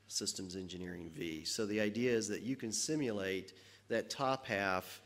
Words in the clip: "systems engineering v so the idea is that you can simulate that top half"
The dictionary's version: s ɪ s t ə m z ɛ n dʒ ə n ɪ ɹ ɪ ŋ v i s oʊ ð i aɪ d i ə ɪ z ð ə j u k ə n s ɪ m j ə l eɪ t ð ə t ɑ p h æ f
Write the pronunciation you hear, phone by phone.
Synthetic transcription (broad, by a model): s ɪ s t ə m z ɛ n dʒ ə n ɪ ɹ ɪ ŋ v i s oʊ ð i aɪ d i ə ɪ z ð ə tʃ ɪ k ə n s ɪ m j ə l eɪ t ð ə t ɑ p h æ f